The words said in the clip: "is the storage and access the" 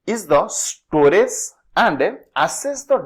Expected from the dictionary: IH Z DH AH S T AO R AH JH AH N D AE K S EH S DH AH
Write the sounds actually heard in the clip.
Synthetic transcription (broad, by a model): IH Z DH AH S T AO R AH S AH N D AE S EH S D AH